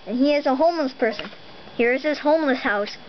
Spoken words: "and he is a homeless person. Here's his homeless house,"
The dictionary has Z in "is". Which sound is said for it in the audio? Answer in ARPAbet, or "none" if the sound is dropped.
Z